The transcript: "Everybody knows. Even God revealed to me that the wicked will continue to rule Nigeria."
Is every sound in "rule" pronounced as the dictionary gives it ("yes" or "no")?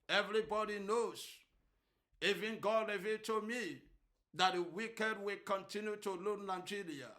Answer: no